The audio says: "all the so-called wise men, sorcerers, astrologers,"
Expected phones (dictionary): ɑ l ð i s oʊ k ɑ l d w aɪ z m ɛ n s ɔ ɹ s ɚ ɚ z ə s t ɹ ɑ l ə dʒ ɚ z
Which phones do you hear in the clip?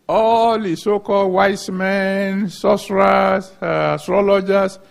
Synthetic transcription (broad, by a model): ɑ l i s oʊ k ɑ l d w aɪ s m ɛ n s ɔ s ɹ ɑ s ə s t ɹ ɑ l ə dʒ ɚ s